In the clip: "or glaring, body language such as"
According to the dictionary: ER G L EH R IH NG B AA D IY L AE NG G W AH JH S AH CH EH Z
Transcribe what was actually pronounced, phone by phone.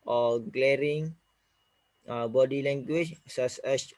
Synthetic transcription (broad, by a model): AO G L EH R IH NG B AA D IY L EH NG G W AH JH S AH S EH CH